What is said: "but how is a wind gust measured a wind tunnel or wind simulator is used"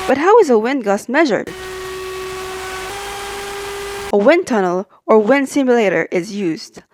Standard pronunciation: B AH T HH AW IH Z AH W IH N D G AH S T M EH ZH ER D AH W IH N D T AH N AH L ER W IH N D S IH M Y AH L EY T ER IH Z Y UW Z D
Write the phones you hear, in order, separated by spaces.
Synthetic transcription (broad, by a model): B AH T HH AW IH Z AH W IH N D G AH S M EH ZH ER D AH W IH N T AH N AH L ER W IH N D S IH M Y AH L EY T ER IH Z Y UW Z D